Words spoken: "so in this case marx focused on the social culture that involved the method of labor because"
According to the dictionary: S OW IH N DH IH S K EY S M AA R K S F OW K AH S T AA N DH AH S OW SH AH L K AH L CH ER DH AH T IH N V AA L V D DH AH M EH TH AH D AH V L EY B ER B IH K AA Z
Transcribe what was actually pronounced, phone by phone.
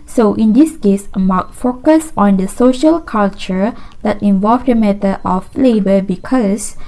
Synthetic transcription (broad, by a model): S OW IH N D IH S K EY S M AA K F OW K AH S AA N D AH S OW SH AH L K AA L CH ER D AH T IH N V AA L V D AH M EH T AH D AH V L EY B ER B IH K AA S